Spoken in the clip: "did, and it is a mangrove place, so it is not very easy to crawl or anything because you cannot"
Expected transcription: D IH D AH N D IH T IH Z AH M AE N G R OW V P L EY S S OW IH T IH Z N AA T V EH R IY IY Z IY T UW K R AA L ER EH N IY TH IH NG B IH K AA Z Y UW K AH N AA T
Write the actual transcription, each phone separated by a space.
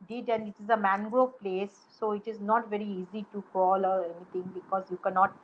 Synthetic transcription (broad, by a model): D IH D AH N D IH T IH Z AH M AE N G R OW P L EY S S OW IH T IH Z N AA T V EH R IY IY Z IY T UW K AA L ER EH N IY T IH NG B IH K AA Z Y UW K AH N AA T